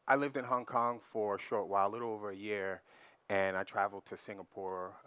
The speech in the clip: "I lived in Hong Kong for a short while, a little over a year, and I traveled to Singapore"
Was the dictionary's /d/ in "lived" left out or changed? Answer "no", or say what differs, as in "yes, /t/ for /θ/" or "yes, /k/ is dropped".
no